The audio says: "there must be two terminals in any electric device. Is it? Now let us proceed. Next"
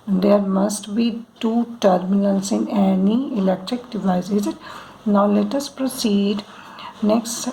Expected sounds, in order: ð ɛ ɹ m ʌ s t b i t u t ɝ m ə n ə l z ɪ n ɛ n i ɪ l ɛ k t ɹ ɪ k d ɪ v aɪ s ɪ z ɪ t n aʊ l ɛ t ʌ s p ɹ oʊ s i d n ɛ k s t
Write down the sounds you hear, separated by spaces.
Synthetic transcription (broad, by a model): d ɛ ɹ m ʌ s t b i t u t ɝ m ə l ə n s ɪ n ɛ n i ɪ l ɛ k t ɹ ɪ k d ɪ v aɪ ɪ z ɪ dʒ n aʊ l ɛ t ʌ s p ɹ oʊ s i d n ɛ k s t